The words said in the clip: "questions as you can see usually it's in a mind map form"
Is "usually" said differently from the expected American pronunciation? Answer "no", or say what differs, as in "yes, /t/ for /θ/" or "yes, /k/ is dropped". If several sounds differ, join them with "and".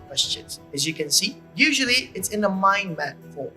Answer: no